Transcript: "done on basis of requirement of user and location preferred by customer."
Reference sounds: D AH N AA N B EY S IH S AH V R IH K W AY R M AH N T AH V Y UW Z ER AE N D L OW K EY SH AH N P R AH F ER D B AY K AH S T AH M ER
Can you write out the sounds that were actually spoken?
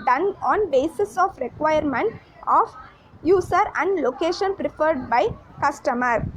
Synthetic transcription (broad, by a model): D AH N AA N B EY S IH S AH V R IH K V AY R M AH N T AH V Y UW S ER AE N D L OW K EY SH AH N P R AH F ER D B AY K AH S T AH M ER